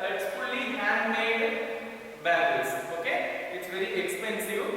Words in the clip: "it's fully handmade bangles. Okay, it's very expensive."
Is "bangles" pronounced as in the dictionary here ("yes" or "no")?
no